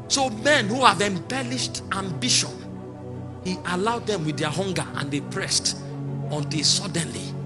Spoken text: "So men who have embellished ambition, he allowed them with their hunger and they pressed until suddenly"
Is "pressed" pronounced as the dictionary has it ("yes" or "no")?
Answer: yes